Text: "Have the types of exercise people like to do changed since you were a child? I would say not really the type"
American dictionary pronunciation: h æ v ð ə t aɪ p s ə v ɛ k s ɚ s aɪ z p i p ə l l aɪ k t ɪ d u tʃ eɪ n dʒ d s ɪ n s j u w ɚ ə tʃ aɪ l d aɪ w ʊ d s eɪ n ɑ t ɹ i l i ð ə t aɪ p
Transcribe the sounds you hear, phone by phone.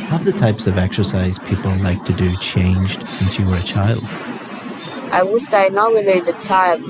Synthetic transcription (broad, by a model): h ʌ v ð ə t aɪ p s ə v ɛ k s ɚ s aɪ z p i p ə l l aɪ k t ɪ d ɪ tʃ eɪ n dʒ d s ɪ n s j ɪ w ɚ ə tʃ aɪ l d aɪ w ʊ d s eɪ n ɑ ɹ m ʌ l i ð ə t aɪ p